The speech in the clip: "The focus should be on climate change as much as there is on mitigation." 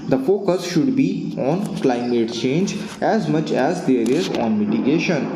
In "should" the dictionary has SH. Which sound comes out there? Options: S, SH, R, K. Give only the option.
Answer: SH